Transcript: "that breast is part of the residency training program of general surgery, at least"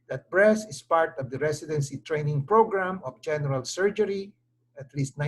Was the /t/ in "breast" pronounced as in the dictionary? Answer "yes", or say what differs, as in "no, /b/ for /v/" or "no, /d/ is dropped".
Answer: no, /t/ is dropped